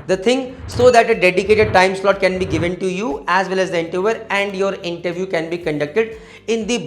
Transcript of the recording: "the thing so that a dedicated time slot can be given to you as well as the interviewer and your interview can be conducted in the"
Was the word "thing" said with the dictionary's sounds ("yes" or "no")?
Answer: no